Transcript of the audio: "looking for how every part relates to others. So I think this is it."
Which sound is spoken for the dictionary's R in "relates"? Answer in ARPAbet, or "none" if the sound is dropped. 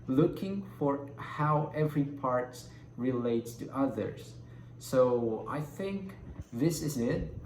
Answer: R